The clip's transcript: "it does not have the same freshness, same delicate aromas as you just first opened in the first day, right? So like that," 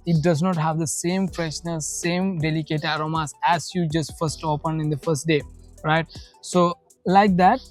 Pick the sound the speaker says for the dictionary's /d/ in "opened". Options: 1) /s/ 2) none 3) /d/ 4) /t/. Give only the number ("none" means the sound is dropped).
2